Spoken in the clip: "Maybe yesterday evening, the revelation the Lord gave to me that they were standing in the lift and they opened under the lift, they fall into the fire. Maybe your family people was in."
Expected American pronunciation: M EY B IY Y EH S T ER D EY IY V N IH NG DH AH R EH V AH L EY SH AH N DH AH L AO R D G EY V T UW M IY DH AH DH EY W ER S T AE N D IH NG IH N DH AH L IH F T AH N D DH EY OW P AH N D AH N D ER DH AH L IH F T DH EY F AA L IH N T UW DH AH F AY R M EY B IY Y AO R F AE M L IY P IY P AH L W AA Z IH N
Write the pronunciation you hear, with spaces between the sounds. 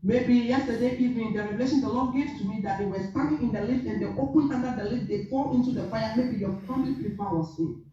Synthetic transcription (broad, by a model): M EY B IY Y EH S T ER D EY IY V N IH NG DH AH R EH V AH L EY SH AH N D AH L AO G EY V T UW M IY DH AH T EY W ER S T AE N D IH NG IH N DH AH L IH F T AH N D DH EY OW P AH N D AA N D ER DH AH L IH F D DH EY F AA L IH N T UW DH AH F AY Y M EY B IY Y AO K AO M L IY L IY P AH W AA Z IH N